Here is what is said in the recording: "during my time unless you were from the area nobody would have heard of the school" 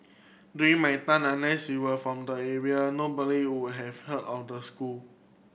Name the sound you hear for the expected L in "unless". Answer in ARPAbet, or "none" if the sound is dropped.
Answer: none